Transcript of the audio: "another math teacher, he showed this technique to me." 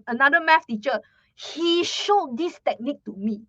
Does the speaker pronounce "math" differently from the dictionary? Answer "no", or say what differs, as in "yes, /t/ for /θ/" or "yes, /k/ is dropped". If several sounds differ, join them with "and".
yes, /f/ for /θ/